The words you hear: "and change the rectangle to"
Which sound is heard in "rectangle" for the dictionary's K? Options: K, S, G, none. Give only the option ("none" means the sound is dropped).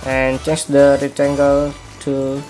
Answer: none